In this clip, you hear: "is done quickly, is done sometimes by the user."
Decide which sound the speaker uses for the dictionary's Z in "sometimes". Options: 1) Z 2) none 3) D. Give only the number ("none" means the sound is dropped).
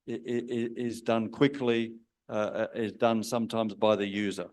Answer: 1